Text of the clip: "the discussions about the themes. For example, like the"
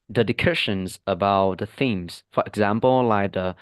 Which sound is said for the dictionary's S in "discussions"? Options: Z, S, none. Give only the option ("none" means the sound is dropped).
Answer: none